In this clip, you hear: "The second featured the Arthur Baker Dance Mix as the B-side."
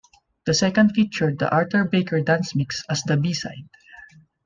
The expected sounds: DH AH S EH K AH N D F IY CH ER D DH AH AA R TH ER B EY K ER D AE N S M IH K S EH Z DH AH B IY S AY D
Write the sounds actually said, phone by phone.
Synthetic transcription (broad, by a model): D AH S EH K AH N D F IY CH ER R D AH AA R T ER B EY K ER D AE N S M IH K S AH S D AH B IY S AY D